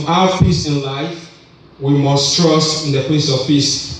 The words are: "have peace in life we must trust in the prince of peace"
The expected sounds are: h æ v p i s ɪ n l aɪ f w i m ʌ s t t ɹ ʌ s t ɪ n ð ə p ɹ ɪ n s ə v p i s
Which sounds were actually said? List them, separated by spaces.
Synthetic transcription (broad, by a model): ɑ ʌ p i s ɪ n l aɪ f w i m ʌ s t t ɹ ʌ s t ɪ n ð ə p l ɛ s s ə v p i s